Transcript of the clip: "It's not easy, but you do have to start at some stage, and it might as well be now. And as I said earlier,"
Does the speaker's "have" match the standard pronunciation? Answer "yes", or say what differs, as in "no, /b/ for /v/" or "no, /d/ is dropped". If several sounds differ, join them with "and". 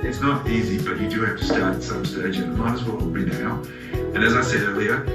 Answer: no, /f/ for /v/